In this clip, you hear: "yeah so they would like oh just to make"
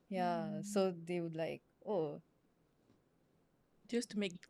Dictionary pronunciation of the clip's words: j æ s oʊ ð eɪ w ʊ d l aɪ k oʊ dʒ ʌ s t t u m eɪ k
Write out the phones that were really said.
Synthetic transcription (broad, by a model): j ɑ s oʊ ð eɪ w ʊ d l aɪ k oʊ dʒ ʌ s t t u m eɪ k